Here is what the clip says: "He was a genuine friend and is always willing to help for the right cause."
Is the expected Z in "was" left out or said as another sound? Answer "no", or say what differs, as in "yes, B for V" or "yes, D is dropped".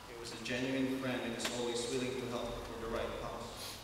no